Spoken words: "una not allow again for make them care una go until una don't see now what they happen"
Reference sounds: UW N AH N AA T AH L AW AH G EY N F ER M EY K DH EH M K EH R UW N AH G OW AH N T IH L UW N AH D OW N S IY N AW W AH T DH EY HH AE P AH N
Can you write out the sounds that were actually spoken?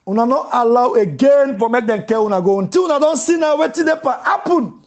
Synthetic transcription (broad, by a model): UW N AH N AA T AH L AW AH G EY N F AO M EY K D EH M K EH W UW N AH G OW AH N T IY W UW N AH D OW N S IY N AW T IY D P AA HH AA P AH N